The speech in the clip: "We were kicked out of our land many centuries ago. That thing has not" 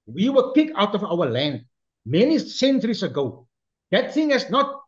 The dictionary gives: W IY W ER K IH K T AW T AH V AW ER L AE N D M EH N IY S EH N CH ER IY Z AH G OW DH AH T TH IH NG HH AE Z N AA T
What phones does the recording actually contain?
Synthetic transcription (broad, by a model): W IY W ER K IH K AW T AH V AW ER L AE N D M EH N IY S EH N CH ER IY S AH G OW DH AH T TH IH NG HH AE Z N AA T